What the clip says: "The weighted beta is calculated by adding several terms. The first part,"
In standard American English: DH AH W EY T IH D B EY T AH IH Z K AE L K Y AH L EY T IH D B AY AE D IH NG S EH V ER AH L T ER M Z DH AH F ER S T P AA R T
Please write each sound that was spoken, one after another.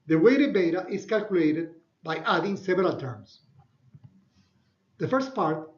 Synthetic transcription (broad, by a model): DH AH W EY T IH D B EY T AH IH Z K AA L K Y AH L EY T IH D B AY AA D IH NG S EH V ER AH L T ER M S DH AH F ER S T P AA R T